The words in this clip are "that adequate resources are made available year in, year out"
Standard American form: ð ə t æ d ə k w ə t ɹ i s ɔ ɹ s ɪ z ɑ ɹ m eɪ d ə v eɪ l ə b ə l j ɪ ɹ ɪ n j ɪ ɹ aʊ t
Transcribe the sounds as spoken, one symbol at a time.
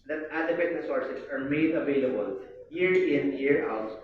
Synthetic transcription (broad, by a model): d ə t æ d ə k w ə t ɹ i s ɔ ɹ s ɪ s ɑ ɹ m eɪ d ə v eɪ l ə b ə l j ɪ ɹ ɪ n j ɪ ɹ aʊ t